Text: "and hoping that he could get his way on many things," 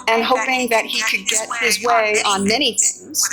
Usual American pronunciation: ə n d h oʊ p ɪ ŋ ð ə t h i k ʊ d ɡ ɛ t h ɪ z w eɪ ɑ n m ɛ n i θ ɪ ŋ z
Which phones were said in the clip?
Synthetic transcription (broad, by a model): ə n h oʊ p ɪ ŋ ð ə t h i k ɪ d ɡ ɛ t h ɪ z w eɪ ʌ n m ɛ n i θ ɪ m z